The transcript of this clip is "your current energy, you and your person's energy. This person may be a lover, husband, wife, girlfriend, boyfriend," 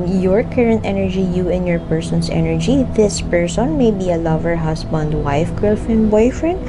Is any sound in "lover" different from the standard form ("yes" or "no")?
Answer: no